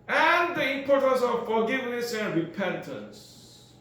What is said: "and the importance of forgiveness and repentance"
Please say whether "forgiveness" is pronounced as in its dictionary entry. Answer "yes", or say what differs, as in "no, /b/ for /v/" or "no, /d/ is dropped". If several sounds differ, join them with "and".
yes